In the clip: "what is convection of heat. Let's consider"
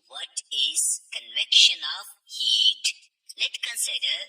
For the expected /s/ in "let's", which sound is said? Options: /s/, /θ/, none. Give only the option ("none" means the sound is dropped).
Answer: none